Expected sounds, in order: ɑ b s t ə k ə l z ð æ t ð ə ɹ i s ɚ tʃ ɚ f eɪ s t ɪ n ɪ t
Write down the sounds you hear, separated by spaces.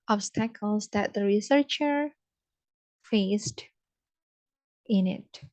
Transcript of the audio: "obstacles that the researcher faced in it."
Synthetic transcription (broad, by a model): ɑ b s t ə k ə l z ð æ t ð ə ɹ i s ɚ tʃ ɚ f eɪ s t ɪ n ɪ t